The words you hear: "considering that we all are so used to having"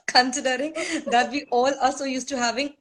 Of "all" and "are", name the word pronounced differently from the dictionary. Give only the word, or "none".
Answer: are